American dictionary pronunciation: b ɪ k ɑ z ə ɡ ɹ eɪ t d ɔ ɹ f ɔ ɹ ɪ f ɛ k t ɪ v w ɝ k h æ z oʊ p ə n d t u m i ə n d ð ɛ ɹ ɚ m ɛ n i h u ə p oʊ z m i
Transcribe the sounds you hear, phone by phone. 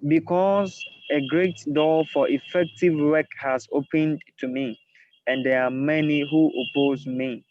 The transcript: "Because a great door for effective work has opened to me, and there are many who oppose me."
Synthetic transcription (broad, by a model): b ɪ k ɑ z ə ɡ ɹ eɪ t d ɔ f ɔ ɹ ɪ f ɛ k t ɪ v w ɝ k h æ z oʊ p ə n d t u m i ə n d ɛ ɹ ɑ m ɛ n i h u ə p oʊ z m i